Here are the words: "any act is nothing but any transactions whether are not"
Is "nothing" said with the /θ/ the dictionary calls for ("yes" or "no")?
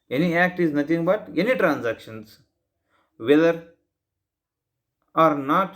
no